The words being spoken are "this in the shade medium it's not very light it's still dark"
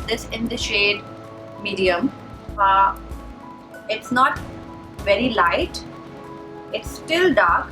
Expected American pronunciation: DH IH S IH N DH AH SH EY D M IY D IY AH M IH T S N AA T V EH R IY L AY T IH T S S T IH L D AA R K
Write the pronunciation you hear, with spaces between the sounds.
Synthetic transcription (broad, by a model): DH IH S IH N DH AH SH EY D M IY D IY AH M IH T S N AA T V EH R IY L AY T IH T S S T IH L D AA R K